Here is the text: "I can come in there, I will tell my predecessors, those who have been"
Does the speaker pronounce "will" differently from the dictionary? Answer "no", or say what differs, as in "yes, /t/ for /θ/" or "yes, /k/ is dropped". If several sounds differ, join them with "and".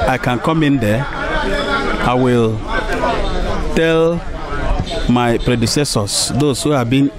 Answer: no